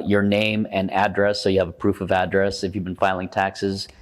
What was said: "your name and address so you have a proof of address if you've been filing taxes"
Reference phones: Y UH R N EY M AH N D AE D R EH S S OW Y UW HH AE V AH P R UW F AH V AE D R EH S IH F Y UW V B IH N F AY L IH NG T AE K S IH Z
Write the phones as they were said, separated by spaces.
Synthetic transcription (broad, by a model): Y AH R N EY M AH N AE D R EH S S OW Y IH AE V AH P R UW F AH V AE D R EH S IH F Y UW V B IH N F AY L IH NG T AE K S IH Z